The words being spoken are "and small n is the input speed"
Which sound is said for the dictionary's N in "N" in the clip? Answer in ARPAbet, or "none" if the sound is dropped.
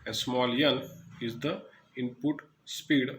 L